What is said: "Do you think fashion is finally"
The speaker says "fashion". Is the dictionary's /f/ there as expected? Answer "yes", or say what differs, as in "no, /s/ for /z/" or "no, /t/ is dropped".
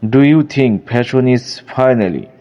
no, /p/ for /f/